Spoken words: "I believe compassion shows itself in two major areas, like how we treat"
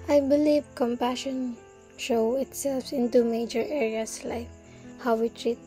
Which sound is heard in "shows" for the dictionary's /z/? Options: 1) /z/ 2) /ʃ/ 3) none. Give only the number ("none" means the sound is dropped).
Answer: 3